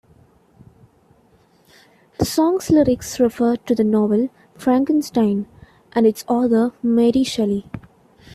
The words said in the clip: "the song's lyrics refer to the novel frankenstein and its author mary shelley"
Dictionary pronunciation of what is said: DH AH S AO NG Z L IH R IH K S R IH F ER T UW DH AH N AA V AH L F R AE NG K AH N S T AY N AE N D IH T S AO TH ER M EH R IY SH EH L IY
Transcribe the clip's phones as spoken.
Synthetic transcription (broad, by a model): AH S AO NG S L IH R IH K S R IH F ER T UW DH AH N AA V AH L F R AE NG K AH N S T AY N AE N D IH T S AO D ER M EH R IY SH EH L IY